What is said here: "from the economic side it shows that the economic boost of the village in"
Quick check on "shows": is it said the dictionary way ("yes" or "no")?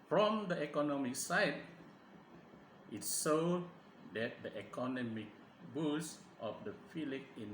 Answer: no